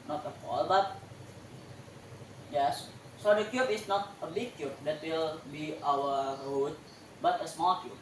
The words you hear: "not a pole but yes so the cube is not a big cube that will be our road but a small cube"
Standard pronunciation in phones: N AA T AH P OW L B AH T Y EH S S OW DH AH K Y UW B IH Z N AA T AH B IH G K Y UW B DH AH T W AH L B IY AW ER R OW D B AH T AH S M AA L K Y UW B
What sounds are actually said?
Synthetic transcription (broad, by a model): N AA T AH F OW L B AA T Y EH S S OW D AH K Y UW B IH S N AA T AH B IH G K Y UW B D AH T W AH L B IY AW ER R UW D B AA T AH S M AA L K Y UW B